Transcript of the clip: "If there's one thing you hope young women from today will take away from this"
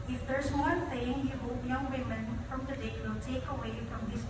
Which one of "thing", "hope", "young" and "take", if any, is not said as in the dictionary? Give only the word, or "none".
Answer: thing